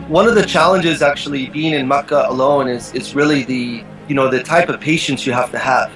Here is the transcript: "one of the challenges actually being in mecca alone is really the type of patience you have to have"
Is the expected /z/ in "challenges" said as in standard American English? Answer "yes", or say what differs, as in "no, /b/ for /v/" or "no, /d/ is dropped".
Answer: yes